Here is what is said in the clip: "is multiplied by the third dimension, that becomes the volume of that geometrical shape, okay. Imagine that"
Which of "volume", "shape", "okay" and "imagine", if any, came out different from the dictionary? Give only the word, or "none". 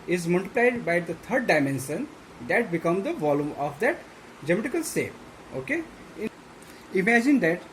shape